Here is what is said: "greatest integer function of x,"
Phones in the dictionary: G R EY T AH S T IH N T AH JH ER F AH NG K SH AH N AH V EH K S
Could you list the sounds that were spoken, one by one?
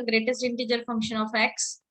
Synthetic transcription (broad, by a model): G R EY T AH S T IH N T AH JH ER F AH NG K SH AH N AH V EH K S